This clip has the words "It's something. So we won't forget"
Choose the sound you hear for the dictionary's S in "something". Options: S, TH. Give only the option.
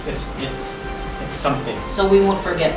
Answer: S